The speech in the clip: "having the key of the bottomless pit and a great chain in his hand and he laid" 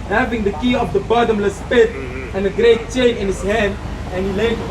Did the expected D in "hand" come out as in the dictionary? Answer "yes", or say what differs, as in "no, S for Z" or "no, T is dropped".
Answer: yes